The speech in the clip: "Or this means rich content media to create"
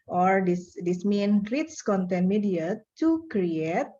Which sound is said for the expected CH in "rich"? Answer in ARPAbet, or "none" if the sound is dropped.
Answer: S